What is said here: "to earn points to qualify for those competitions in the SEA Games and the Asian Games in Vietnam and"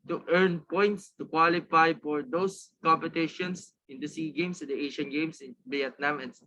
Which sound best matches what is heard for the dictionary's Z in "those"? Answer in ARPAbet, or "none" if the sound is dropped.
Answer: S